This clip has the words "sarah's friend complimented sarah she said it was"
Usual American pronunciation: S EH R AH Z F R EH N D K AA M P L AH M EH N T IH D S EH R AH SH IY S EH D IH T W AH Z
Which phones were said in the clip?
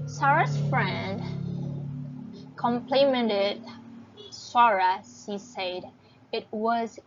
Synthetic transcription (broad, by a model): S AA R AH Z F R EH N D K AA M P L AH M EH N T IH D S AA R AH S IY S EH D IH T W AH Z